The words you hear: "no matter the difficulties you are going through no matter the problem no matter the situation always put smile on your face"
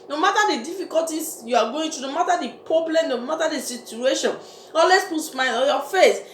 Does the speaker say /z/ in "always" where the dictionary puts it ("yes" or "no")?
no